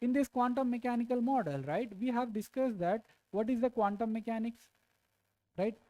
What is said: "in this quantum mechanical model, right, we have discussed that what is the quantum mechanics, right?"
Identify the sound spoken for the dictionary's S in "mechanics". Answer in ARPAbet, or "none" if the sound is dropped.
S